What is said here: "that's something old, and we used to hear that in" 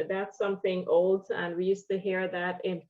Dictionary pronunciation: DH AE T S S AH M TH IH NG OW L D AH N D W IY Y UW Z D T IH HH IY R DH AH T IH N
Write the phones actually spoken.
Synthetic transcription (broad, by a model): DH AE T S S AH M TH IH NG OW L D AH N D W IY Y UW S T IH HH IY R DH AH T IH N